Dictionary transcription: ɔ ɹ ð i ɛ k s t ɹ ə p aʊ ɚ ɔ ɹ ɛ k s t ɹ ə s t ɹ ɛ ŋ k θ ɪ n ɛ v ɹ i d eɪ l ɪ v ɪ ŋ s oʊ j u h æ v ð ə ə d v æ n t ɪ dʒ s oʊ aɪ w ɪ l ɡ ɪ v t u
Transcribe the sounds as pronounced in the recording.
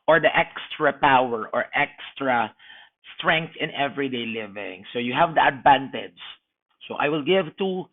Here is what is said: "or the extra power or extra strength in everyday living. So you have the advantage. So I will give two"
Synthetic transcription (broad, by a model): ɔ ɹ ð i ɛ k s t ɹ ə p aʊ ɚ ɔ ɹ ɛ k s t ɹ ə s t ɹ ɛ ŋ k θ ɪ n ɛ v ɹ i d eɪ l ɪ v ɪ ŋ s oʊ j u h æ v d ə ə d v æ n t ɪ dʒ s oʊ aɪ w ɪ l ɡ ɪ v t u